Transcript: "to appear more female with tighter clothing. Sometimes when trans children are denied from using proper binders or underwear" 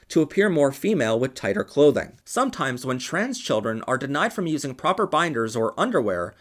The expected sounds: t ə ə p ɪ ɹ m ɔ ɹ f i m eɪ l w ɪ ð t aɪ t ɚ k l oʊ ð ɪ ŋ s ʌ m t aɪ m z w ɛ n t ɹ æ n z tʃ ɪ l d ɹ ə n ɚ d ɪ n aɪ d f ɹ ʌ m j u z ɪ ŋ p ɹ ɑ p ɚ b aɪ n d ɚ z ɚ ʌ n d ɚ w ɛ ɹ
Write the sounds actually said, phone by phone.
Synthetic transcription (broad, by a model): t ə ə p ɪ ɹ m ɔ ɹ f i m eɪ l w ɪ ð t aɪ t ɚ k l oʊ ð ɪ ŋ s ʌ m t aɪ m z w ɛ n t ɹ æ n z tʃ ɪ l d ɹ ə n ɚ d ɪ n aɪ d f ɹ ʌ m j u z ɪ ŋ p ɹ ɑ p ɚ b aɪ n d ɚ z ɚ ʌ n d ɚ w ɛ ɹ